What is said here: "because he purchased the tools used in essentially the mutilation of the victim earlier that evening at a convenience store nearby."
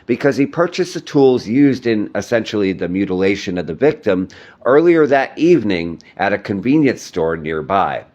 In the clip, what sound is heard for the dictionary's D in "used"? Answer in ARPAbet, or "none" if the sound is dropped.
D